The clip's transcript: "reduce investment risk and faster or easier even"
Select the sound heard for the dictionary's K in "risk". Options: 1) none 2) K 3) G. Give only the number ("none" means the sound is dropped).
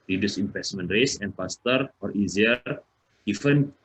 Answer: 1